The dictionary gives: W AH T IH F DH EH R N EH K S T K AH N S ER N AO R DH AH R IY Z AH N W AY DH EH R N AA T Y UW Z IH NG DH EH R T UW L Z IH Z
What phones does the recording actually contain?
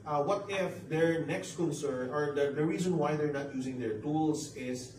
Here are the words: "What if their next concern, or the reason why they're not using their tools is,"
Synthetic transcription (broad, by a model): W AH T IH F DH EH R N EH K S T K AH N S ER N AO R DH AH R IY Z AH N W AY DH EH R N AA T Y UW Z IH NG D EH R T UW L S IH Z